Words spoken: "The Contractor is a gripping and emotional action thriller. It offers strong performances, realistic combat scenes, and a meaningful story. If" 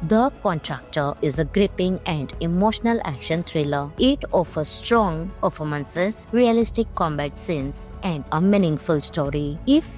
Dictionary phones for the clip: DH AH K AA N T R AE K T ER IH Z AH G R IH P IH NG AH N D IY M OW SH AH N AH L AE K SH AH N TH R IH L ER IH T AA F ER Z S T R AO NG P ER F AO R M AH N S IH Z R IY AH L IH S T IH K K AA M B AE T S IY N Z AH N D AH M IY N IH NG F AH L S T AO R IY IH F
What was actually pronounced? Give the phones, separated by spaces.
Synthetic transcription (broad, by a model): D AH K AA N T R AE K T ER IH Z AH G R IH P IH NG AH N D IY M OW SH AH N AH L AE K SH AH N T R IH L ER IH T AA F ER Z S T R AO NG P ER F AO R M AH N S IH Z R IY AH L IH S T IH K K AA M B AE T S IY N S AH N D AH M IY N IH NG F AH L S T AO R IY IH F